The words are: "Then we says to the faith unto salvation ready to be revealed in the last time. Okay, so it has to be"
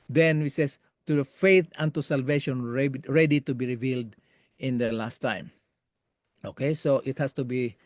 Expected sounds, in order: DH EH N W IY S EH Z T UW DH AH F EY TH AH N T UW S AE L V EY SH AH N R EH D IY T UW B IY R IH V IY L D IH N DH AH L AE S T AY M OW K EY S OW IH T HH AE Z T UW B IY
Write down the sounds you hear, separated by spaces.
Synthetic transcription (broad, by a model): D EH N W IY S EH S T UW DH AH F EY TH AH N T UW S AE L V EY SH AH N R EH D IY T UW B IY R IH V IY L D IH N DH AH L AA S T AY M OW K EY S OW IH T HH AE S T UW B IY